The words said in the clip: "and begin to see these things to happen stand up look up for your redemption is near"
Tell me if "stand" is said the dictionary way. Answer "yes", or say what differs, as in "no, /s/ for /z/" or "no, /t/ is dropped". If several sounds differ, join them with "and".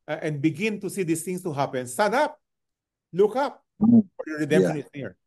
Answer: no, /d/ is dropped